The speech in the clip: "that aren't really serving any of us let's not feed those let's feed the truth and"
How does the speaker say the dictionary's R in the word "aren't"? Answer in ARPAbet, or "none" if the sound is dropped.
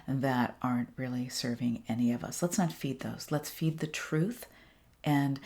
R